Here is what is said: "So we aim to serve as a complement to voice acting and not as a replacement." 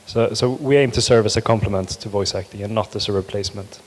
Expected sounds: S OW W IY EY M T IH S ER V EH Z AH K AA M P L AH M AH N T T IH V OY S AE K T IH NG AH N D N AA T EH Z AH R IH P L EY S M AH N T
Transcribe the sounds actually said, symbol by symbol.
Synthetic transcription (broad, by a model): S OW W IY EY M T IH S ER V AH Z AH K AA M P L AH M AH N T T IH V OY S AE K T IH NG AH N N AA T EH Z AH R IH P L EY S M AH N T